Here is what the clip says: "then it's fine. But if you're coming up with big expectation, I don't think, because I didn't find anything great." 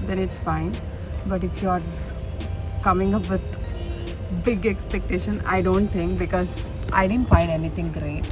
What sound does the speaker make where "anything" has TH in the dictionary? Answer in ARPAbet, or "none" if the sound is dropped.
T